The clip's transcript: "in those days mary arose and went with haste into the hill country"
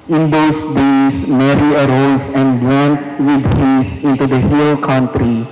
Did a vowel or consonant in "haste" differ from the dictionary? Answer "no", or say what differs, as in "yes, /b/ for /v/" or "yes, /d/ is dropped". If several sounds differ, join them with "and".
yes, /t/ is dropped